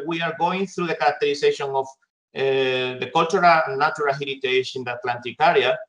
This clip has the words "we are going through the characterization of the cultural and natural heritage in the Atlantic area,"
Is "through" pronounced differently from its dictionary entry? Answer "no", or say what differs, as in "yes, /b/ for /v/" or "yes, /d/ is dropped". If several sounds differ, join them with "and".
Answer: no